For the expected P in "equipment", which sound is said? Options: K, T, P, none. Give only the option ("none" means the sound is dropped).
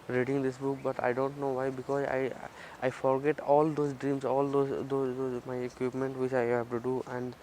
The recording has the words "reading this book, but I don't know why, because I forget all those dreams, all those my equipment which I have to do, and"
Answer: P